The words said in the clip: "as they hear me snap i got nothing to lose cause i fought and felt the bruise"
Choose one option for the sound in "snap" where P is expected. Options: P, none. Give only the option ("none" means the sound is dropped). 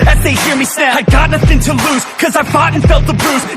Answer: none